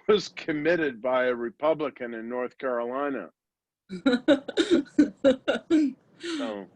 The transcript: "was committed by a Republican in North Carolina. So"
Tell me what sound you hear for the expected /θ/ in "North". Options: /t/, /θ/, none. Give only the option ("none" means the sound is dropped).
/θ/